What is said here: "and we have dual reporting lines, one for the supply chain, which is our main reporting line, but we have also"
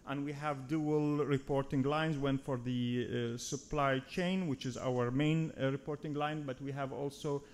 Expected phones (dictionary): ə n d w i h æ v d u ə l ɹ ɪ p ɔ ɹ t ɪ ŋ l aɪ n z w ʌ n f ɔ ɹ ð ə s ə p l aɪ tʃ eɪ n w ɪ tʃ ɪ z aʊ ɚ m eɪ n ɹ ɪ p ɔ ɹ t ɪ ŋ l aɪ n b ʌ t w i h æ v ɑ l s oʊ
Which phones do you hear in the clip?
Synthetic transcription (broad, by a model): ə n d w i h æ v d u ə l ɹ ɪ p ɔ ɹ t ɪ ŋ l aɪ n z w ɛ n f ɔ ɹ ð ə s ə p l aɪ tʃ eɪ n w ɪ tʃ ɪ z aʊ ɚ m eɪ n ɹ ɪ p ɔ ɹ t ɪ ŋ l aɪ n b ʌ t w i h æ v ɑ l s oʊ